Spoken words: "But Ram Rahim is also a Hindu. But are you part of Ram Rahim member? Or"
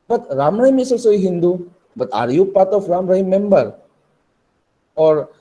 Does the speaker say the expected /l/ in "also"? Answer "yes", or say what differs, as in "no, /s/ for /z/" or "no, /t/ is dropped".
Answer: no, /l/ is dropped